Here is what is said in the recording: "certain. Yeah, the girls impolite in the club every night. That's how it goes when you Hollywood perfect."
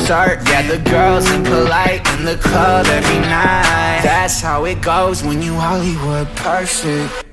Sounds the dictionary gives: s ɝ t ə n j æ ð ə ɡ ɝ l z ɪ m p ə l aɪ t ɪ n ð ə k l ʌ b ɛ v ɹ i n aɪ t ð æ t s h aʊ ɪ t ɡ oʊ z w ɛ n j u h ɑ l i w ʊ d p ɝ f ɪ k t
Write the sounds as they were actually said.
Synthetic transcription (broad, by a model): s t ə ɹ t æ ð ə ɡ ɝ l z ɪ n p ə l aɪ t ɪ n ð ə k ʌ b ɛ v ɹ i n aɪ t ð æ t s h aʊ ɪ t ɡ oʊ z w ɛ n j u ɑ l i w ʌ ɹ p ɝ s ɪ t